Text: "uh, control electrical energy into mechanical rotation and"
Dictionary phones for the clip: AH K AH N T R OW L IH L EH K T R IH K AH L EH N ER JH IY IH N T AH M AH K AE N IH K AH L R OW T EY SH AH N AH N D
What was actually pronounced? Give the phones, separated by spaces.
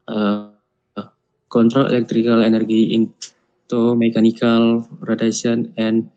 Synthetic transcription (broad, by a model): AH K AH N T R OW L IH L EH K T R IH K AH L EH N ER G IY IH N T AH M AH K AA N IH K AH L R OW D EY S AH N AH N